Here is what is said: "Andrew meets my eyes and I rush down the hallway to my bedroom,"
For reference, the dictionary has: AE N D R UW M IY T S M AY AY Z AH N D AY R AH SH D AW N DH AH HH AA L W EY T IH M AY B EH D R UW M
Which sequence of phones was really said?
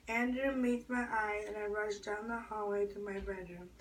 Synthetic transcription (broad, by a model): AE N D R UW M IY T M AY AY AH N AY R AH SH D AW N DH AH HH AA L W EY T IH M AY B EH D R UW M